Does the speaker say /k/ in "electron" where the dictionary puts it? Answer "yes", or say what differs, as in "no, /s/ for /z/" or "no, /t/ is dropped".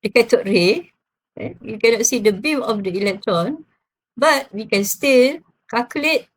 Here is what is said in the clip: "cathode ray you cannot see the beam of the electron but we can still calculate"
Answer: yes